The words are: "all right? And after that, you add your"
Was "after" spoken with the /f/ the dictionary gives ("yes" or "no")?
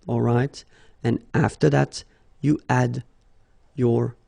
yes